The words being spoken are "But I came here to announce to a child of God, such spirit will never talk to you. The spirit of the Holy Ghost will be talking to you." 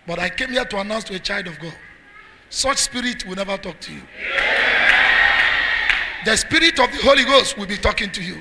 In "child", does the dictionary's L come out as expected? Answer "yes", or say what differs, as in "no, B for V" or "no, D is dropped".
yes